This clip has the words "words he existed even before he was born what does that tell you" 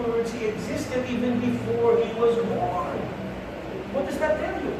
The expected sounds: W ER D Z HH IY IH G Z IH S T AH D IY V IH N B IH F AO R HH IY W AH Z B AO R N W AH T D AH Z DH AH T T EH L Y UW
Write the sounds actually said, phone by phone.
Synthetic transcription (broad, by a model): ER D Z HH IY IH G Z IH S T AH D IY V IH N B IH F AO R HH IY W AH Z B AO R N W AH T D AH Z DH AH T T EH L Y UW